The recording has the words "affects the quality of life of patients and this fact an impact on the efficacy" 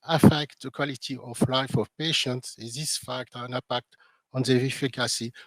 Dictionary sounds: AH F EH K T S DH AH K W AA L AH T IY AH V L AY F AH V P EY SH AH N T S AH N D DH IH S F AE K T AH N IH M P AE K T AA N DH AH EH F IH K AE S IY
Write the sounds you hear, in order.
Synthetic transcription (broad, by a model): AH F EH K T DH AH K W AA L AH T IY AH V L AY F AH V P EY SH AH N T S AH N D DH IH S F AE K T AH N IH P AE K T AA N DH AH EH F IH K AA S IY